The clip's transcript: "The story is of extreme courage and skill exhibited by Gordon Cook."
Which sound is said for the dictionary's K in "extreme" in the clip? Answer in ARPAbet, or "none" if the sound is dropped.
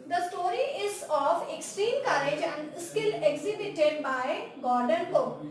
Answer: K